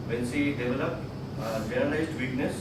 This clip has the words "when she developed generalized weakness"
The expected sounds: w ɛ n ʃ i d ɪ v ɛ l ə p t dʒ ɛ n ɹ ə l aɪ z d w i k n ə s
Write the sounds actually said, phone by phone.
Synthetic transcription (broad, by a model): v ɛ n s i d ɪ v ɛ l ə p t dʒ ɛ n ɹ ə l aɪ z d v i k n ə s